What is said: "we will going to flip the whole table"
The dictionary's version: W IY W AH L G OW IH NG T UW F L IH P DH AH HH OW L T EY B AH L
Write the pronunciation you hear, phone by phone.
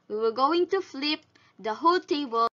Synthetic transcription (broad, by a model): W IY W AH G OW IH NG T UW F L IH P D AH HH OW L T EY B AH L